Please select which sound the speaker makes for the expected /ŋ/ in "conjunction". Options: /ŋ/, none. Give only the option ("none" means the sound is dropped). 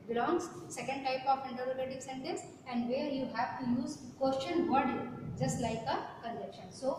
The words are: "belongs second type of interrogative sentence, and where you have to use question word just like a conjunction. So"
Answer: none